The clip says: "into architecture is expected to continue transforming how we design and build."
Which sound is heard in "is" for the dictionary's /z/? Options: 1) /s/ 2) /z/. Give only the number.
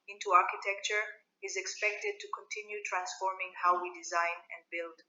2